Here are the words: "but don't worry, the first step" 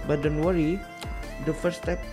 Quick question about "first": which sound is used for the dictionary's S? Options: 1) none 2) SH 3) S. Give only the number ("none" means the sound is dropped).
1